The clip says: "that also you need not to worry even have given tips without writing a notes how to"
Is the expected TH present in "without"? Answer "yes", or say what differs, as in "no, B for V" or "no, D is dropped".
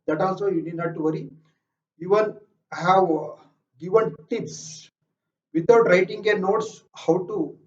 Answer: no, T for TH